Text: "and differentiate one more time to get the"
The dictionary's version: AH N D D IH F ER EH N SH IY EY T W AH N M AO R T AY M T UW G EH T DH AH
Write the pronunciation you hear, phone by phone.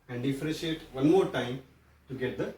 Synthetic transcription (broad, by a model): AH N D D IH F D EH SH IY EY T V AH N M AO R T AY M T UW G EH T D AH